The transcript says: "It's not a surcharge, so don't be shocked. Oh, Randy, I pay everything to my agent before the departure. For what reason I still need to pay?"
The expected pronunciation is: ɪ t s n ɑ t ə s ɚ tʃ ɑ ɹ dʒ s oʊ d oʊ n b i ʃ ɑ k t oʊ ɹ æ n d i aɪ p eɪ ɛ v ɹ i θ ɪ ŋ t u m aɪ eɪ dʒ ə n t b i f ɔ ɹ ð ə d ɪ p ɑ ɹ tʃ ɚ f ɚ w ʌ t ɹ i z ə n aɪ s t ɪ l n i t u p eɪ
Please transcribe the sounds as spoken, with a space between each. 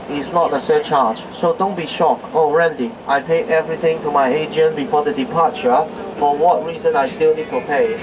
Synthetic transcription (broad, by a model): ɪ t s n ɑ t ə s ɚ tʃ ɑ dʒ s oʊ d oʊ n b i ʃ ɑ k oʊ ɹ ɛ n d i aɪ p eɪ ɛ v ɹ i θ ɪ ŋ t u m aɪ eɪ dʒ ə n b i f ɔ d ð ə d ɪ p ɑ tʃ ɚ f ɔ w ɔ t ɹ i z ə n aɪ s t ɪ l n i t u p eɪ